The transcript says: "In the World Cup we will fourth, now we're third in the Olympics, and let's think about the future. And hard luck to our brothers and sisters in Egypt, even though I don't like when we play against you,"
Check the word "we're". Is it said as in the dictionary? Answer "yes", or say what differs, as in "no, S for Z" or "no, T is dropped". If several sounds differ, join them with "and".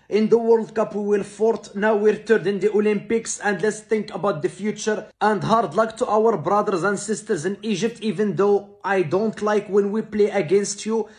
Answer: yes